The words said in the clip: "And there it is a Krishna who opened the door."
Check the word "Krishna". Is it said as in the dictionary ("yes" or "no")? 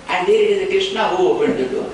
no